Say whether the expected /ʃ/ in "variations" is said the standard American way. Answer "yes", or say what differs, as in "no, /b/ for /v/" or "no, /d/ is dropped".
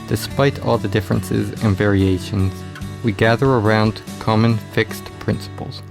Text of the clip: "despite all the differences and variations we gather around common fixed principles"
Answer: yes